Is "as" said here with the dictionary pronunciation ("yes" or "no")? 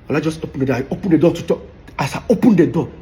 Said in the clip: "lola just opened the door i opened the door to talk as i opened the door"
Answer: no